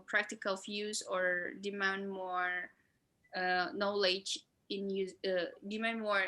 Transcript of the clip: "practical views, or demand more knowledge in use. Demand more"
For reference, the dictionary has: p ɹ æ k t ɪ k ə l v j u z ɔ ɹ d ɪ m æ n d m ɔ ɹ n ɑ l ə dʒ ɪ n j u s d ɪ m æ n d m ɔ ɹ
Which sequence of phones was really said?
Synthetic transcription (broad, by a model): p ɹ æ k t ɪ k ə l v j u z ɔ ɹ d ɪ m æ n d m ɔ ɹ n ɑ l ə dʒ ɪ n j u d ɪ m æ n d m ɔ ɹ